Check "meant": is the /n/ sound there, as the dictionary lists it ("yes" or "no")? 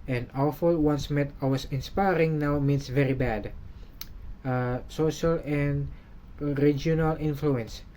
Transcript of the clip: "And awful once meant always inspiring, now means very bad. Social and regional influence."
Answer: no